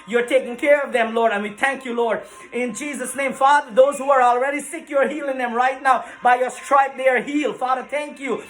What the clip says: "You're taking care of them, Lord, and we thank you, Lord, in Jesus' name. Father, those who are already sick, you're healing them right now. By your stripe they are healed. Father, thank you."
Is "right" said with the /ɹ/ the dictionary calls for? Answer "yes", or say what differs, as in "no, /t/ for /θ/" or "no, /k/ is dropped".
yes